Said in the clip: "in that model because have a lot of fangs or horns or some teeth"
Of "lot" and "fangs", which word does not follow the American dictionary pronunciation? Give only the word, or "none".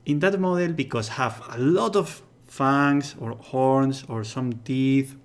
fangs